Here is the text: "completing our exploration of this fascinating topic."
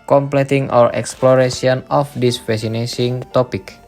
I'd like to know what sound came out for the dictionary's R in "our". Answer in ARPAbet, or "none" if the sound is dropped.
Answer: R